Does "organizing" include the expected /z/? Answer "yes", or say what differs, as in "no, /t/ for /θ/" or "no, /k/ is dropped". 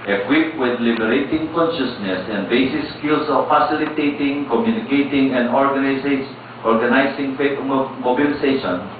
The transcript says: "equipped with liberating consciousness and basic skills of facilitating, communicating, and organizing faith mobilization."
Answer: no, /s/ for /z/